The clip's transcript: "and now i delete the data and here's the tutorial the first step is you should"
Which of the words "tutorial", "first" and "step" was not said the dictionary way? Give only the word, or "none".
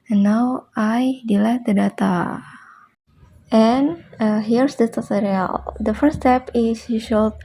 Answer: first